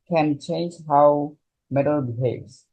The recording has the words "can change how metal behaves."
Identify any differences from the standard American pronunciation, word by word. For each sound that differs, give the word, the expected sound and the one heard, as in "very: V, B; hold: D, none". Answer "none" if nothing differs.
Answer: none